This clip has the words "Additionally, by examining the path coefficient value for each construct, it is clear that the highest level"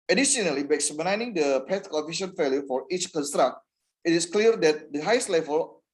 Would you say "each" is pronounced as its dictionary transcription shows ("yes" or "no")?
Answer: yes